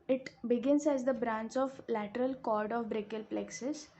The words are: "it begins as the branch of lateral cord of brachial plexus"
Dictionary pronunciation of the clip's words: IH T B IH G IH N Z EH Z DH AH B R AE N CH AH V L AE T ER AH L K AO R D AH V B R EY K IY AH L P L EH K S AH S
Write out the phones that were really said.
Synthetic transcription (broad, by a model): IH T B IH G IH N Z EH Z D AH B R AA N CH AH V L AE T ER AH L K AO R D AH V B R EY K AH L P L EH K S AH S